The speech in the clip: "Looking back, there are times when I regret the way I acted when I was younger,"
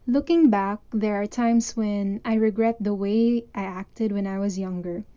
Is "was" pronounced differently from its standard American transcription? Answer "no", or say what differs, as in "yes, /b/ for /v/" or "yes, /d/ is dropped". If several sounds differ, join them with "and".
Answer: no